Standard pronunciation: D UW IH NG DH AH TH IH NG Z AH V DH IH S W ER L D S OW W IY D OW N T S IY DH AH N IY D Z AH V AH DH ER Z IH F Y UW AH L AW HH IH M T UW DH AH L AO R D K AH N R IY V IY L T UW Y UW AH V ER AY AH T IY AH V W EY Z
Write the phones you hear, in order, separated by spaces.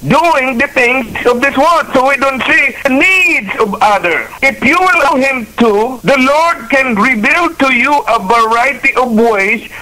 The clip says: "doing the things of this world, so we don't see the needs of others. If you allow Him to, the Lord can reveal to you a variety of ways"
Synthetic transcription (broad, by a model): D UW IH NG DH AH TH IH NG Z AH V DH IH S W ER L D S OW W IY D OW N T S IY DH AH N IY D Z AH V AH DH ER IH F Y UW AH L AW HH IH M T UW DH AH L AO R D K AH N R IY B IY L T UW Y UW AH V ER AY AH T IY AH V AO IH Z